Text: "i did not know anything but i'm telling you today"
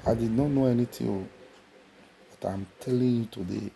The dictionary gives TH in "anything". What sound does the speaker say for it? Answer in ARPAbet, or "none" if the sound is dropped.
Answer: T